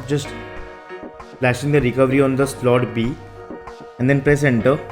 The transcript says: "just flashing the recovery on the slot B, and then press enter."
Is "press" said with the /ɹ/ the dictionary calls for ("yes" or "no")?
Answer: yes